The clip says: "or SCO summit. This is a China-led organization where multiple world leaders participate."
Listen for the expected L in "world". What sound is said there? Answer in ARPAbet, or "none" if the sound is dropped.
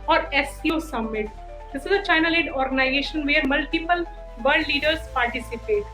none